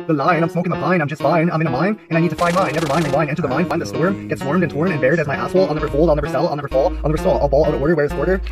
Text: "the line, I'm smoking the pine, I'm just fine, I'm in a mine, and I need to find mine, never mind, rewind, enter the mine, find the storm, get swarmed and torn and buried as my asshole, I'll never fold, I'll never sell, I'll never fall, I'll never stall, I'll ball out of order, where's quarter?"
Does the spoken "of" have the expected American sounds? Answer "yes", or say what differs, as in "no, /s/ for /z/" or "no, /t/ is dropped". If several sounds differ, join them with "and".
no, /w/ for /v/